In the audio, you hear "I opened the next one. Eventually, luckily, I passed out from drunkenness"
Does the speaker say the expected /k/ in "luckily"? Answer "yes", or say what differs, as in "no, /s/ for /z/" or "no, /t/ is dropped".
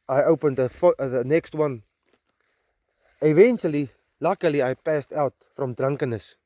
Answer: yes